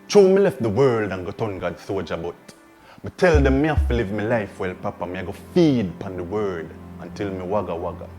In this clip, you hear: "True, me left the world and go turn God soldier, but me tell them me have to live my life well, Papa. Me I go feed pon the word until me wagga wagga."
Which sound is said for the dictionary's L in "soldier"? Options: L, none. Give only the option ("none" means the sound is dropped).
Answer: none